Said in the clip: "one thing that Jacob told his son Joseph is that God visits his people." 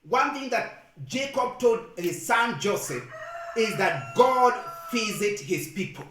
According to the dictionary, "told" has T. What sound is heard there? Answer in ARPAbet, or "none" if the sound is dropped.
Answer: T